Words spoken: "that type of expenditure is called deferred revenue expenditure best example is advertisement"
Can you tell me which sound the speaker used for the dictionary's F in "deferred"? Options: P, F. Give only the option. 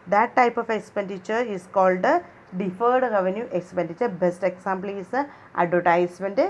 F